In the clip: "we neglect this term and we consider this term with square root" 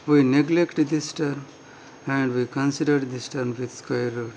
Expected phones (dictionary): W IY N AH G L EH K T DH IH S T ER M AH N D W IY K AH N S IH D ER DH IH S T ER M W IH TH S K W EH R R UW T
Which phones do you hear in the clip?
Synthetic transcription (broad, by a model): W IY N AH G L EH K T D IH S T ER M AH N D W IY K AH N S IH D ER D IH S T ER M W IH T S K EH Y R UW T